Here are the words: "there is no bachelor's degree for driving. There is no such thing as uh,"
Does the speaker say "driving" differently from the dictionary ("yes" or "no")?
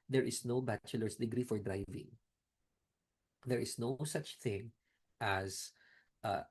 no